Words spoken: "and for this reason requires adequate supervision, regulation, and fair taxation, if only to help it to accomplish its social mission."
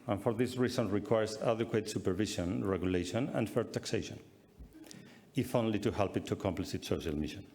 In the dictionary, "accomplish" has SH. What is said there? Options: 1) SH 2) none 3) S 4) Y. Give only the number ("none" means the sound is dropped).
3